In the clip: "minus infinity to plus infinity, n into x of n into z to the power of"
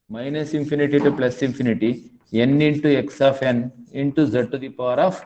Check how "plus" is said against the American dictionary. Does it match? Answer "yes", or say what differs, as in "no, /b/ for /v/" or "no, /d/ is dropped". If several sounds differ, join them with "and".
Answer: yes